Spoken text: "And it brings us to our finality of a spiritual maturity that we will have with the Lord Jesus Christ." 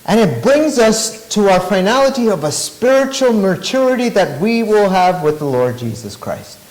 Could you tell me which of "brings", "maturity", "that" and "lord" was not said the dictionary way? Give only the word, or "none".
none